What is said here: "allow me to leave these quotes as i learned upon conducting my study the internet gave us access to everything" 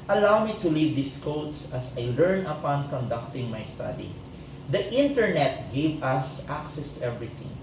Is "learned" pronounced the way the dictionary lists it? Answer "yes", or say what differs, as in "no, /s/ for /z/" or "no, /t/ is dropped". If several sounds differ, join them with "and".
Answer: no, /d/ is dropped